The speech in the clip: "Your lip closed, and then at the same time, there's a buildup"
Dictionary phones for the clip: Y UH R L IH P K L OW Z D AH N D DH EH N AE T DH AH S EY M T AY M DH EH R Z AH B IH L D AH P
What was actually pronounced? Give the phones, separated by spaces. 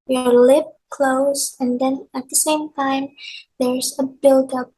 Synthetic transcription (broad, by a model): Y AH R L IH P K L OW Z AH N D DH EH N AE T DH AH S EY M T AY M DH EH R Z AH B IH L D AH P